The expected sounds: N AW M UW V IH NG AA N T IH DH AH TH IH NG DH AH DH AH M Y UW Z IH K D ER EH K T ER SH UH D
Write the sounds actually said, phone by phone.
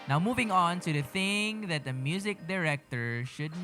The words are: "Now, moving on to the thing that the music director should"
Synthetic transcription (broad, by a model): N AW M UW V IH NG AA N T IH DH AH TH IH NG DH AH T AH M Y UW Z IH K D ER EH K T ER SH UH D